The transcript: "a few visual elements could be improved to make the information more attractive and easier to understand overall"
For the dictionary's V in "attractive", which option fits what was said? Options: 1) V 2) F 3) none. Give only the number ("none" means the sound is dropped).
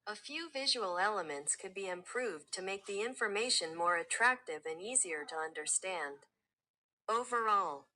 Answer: 1